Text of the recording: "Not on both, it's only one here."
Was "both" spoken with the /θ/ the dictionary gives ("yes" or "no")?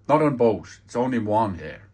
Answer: no